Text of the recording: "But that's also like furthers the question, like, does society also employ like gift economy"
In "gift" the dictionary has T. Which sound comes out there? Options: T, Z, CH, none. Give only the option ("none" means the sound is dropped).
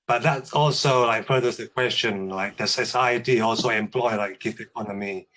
none